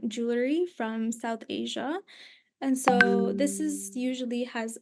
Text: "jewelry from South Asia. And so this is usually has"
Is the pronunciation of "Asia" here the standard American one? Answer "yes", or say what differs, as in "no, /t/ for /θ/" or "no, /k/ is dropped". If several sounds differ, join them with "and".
yes